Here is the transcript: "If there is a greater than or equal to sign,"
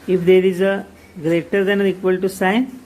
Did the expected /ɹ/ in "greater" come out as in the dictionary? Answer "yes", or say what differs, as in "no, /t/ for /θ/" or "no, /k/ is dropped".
yes